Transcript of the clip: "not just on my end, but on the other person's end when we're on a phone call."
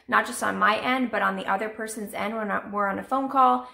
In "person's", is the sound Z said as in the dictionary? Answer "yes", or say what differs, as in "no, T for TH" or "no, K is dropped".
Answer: yes